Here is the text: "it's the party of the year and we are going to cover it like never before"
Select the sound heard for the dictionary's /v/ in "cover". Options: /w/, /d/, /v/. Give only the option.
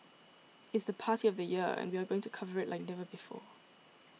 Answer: /v/